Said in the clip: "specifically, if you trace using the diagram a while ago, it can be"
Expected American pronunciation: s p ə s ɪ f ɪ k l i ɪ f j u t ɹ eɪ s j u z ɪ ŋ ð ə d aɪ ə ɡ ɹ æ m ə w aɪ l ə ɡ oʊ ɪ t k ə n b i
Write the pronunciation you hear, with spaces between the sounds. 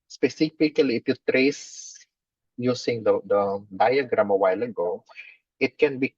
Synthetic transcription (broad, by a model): s p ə s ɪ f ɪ k l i ɪ f j u t ɹ eɪ s j u s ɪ ŋ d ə d aɪ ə ɡ ɹ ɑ m ə w aɪ l ə ɡ oʊ ɪ t k ə n b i